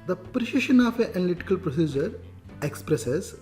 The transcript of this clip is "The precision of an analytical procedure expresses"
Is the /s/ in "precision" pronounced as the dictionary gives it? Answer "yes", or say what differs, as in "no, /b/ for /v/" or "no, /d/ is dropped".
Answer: no, /ʃ/ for /s/